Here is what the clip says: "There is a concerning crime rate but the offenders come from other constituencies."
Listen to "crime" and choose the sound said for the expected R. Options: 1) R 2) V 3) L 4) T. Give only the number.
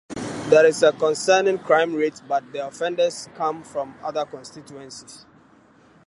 1